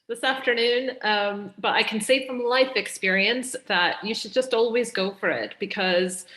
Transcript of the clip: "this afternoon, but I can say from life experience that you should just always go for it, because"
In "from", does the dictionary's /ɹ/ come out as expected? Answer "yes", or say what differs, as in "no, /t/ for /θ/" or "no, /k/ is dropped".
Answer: yes